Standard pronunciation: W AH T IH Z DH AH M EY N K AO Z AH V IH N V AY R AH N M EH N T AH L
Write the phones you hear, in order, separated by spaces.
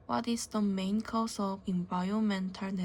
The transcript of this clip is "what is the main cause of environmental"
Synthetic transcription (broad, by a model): W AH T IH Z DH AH M EY N K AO S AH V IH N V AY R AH N M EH N T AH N